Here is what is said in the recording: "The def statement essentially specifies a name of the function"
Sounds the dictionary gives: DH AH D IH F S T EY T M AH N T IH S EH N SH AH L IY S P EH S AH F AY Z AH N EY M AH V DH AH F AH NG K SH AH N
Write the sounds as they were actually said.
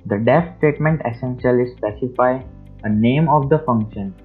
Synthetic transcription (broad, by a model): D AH D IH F S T EY T M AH N T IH S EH N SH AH L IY S P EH S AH F AY AH N EY M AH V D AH F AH NG K SH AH N